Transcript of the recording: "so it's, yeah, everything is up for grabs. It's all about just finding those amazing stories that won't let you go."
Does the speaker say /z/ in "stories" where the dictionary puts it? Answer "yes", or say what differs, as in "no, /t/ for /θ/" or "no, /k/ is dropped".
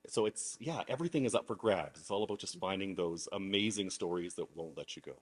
yes